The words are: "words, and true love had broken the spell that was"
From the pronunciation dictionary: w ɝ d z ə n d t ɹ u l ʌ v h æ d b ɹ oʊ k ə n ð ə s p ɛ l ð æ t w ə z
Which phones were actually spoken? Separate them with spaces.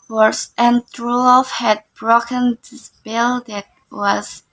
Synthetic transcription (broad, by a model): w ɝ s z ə n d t ɹ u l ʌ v h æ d b ɹ oʊ k ə n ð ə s b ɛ l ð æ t w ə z